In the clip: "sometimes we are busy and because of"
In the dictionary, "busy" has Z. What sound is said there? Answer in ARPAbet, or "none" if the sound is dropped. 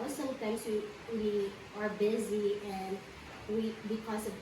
Z